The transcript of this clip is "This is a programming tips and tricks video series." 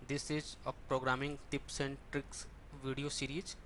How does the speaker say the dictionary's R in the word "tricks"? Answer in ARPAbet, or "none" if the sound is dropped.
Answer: R